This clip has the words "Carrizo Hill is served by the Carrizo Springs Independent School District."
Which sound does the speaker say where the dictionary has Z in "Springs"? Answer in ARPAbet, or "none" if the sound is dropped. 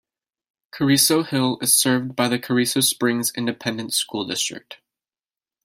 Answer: Z